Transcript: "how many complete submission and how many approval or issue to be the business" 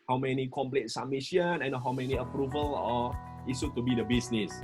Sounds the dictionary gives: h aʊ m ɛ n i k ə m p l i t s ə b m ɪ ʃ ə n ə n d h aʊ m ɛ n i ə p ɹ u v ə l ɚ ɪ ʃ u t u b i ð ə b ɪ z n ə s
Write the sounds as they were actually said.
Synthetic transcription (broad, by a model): h aʊ m ɛ n i k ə m p l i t s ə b m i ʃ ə n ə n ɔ h aʊ m ɛ n i ə p ɹ u v ə l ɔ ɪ s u t u b i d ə b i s n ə s